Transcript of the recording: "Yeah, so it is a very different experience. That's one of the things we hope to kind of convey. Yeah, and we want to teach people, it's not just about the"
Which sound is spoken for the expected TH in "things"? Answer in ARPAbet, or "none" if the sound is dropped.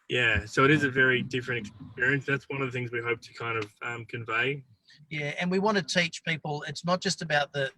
TH